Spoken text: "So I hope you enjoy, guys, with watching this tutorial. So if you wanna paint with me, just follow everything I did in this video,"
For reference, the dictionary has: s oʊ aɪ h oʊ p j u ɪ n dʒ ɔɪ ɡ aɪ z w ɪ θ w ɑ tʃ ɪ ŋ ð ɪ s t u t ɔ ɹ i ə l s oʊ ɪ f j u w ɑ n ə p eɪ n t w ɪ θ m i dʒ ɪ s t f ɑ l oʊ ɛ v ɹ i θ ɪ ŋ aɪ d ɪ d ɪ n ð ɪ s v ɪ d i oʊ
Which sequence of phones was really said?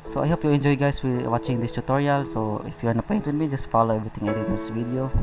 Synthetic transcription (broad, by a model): s oʊ aɪ h oʊ p j u ɪ n dʒ ɔɪ ɡ aɪ s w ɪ w ɑ tʃ ɪ ŋ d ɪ s t u t ɔ ɹ i ə l s oʊ ɪ f j u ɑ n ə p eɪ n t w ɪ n m i dʒ ɪ s t f ɑ l oʊ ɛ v ɹ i t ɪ ŋ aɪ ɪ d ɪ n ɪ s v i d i oʊ